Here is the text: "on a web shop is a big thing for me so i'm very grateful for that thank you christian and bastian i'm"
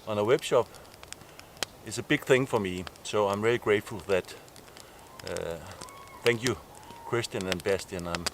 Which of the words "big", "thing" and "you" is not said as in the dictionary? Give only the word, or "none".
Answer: none